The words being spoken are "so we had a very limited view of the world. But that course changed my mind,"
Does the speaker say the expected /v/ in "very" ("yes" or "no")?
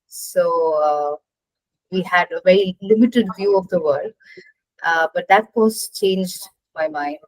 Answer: yes